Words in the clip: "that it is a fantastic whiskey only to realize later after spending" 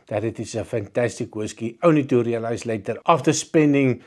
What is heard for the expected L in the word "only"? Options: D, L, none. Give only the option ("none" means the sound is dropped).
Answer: none